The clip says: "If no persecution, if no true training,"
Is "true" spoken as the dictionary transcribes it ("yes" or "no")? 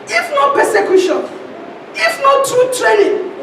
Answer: no